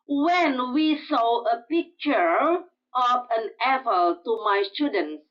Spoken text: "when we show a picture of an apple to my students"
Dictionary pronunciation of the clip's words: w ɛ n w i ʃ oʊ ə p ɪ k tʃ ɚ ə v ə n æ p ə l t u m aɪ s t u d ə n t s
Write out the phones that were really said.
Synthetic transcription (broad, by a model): w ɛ n w i s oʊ ə p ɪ k tʃ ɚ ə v ə n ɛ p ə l t u m aɪ s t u d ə n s